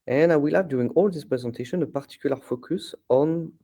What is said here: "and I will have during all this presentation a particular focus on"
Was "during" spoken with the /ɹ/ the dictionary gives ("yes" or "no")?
no